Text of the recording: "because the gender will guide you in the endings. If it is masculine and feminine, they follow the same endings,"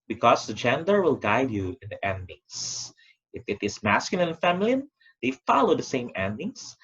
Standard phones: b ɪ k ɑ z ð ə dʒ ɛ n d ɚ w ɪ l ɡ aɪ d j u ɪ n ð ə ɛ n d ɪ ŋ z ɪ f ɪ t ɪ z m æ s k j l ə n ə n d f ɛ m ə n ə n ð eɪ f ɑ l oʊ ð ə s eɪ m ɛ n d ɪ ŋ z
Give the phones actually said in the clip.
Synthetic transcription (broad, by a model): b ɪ k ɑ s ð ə dʒ ɛ n d ɚ w ɪ l ɡ aɪ d j u ɪ n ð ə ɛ n d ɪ ŋ s ɪ f ɪ t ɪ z m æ s k j ə l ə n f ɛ m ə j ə n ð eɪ f ɑ l oʊ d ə s eɪ m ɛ n d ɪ ŋ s